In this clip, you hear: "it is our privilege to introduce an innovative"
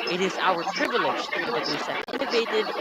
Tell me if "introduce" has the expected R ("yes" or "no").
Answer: no